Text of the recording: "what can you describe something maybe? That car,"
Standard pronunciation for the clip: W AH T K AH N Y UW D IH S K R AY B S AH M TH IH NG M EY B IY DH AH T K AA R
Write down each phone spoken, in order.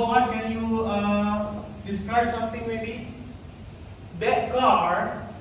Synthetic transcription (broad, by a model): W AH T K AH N Y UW D IH S K R AY B S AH M T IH NG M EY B IY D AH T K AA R